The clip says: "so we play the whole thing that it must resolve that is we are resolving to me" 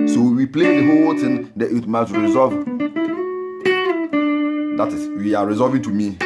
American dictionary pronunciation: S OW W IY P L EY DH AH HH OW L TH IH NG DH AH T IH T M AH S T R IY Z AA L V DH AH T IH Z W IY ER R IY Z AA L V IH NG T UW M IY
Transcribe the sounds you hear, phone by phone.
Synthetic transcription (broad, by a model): S OW W IY P L EY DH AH HH OW L T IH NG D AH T IH T M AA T R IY Z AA V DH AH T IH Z W IY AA R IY Z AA V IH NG T UW M IY